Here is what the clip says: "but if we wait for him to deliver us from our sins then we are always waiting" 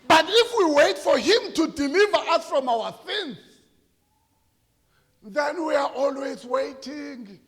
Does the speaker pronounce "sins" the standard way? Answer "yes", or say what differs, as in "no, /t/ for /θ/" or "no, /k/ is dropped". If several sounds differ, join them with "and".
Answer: no, /θ/ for /s/